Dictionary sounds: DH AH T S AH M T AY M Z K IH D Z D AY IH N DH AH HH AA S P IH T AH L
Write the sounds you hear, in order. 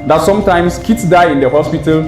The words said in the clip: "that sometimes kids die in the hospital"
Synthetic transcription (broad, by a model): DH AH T S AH M T AY M S K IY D S D AY IH N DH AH HH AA S P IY T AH L